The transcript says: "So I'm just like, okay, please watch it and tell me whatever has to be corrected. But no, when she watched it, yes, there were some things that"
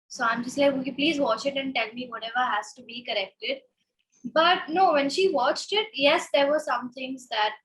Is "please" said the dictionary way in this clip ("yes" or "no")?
yes